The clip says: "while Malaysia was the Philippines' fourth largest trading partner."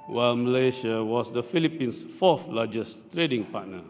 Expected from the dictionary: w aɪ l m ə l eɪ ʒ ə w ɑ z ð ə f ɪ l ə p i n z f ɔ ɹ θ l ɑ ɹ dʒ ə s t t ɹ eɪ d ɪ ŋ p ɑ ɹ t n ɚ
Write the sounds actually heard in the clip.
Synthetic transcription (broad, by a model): w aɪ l m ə l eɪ ʃ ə w ɑ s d ə f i l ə p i n s f ɔ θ l ɑ dʒ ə s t t ɹ eɪ d ɪ ŋ p ɑ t n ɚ